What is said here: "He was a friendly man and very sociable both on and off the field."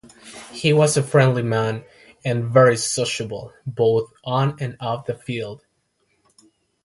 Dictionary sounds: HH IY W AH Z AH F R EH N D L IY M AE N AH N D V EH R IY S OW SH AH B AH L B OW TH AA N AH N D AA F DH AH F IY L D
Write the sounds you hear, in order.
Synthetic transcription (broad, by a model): HH IY W AH Z AH F R EH N D L IY M AE N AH N V EH R IY S OW SH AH B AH L B OW TH N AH N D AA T DH AH F IY L D